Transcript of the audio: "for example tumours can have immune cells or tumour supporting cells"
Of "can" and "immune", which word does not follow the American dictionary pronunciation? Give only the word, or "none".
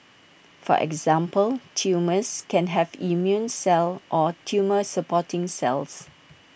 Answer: none